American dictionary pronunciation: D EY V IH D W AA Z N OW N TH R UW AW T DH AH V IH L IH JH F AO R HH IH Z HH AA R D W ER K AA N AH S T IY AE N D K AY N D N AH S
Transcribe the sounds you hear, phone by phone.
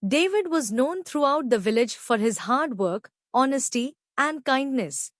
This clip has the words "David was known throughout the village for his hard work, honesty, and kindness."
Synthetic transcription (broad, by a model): D EY V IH D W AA Z N OW N T R UW AW T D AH V IH L IH JH F AO R HH IH Z HH AA R D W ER K AA N AH S T IY AE N D K AY N D N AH S